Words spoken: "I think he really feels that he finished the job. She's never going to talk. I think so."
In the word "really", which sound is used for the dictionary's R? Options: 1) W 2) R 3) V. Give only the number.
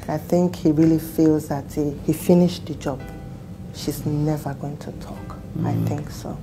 2